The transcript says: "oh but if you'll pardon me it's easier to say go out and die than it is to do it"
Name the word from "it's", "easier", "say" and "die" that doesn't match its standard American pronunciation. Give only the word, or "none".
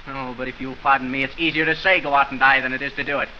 none